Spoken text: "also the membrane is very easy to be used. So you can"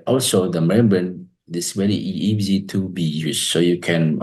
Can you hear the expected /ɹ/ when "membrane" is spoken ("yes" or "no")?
no